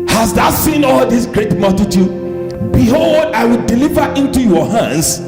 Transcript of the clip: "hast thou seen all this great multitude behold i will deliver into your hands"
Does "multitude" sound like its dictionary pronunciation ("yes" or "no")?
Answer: yes